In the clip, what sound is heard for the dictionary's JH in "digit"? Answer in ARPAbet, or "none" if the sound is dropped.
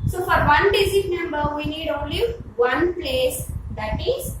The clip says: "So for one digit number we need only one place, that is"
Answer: Z